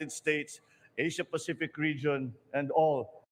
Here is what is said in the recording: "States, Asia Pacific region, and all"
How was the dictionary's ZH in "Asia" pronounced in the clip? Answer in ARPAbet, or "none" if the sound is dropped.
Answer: SH